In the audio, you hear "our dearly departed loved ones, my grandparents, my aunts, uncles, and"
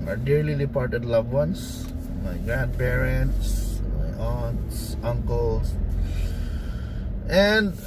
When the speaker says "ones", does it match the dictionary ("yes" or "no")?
no